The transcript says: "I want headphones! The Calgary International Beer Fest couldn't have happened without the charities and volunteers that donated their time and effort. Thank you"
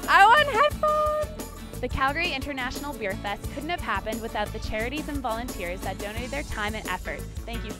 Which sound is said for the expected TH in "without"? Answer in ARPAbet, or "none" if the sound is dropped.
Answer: TH